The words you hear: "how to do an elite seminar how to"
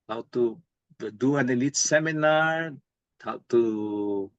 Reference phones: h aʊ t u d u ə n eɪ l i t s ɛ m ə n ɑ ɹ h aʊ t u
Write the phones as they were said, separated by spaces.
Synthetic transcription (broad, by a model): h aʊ t u d u ə n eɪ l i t s ɛ m ə n ɑ ɹ h aʊ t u